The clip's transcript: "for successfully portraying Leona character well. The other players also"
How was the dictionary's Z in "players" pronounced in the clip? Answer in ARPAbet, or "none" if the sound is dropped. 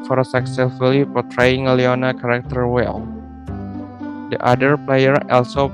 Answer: none